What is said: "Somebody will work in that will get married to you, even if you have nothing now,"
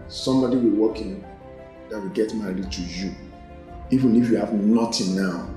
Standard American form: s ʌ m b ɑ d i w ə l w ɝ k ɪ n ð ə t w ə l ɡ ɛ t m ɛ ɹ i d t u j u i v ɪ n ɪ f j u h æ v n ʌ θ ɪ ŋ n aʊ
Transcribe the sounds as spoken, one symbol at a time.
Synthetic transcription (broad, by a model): s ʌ m b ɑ d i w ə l w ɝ k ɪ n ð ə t w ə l ɡ ɛ t m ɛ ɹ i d t u j u i v ɪ n ɪ f j u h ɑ v n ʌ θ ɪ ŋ n aʊ